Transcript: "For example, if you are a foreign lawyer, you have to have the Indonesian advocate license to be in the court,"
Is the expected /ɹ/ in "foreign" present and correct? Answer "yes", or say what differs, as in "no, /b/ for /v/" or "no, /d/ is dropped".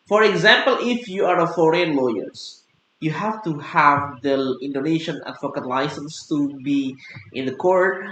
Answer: yes